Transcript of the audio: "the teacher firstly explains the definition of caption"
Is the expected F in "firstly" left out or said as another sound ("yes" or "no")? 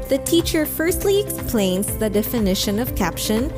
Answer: no